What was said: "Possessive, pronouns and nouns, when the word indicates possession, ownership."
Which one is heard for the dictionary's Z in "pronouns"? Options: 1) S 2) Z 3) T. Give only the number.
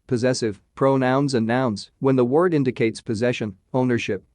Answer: 2